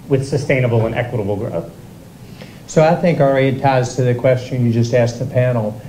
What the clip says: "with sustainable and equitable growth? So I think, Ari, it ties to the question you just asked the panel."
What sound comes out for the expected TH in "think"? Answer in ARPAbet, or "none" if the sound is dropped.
TH